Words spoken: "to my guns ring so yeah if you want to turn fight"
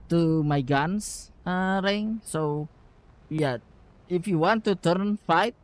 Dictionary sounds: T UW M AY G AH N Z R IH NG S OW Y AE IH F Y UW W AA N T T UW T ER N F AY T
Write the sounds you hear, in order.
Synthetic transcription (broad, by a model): T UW M AY G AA N S R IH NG S OW Y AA IH F Y UW W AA N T T UW T ER N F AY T